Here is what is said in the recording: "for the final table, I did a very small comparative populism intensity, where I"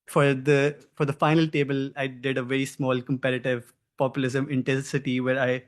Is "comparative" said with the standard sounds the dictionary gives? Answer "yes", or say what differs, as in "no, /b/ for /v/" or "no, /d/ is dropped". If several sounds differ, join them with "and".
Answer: yes